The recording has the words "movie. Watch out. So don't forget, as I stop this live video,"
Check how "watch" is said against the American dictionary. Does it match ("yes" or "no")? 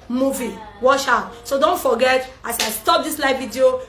no